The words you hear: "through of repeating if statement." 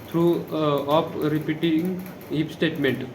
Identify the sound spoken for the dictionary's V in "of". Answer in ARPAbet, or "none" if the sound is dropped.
P